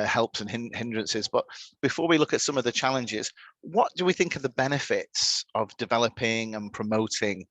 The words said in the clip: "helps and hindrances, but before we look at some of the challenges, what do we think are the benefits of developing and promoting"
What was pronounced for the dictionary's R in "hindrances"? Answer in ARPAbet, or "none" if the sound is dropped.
R